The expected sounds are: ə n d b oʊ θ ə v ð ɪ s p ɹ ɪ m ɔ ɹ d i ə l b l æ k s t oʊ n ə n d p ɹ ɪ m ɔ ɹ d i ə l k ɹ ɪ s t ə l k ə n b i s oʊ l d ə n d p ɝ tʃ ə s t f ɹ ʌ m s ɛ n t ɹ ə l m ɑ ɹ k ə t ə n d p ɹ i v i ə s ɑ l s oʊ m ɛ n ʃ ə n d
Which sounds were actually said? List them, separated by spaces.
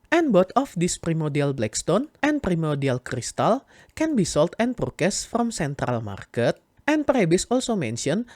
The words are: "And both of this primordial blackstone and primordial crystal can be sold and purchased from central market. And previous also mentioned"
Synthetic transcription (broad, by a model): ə n b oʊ t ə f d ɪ s p ɹ ɪ m ɔ ɹ d i ə l b l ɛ k s t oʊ n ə n p ɹ ɪ m ɔ ɹ d i ə l k ɹ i s t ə l k ə n b i s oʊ l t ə n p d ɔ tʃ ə s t f ɹ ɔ m s ɛ n t ɹ ə l m ɑ ɹ k ə t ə n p ɹ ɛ b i s ɑ l s oʊ m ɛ n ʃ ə n